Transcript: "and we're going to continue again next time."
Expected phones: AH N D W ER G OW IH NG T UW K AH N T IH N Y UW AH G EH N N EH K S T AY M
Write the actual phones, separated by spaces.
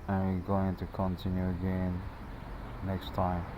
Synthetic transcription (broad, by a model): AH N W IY G OW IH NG T UW K AH N T IH N Y UW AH G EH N N EH K S T AY M